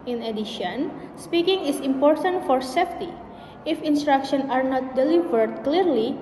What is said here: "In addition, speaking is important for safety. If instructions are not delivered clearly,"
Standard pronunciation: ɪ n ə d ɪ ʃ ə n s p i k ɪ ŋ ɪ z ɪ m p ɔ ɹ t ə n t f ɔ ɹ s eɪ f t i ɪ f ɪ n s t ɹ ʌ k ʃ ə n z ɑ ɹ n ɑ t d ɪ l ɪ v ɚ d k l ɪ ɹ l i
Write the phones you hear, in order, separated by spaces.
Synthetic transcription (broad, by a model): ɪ n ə d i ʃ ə n s p i k ɪ ŋ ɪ s ɪ m p ɔ ɹ t ə n t f ɔ ɹ s eɪ f t i ɪ f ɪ n s t ɹ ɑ k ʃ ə n ɑ ɹ n ɑ t d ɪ l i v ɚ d k l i ɹ l i